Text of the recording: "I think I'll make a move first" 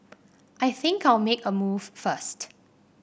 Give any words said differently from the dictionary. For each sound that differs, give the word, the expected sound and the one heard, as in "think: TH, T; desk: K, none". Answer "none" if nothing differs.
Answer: none